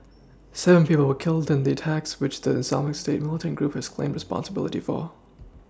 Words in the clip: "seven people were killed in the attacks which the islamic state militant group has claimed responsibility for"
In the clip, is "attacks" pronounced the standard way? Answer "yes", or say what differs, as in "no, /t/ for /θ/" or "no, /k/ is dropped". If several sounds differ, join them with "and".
yes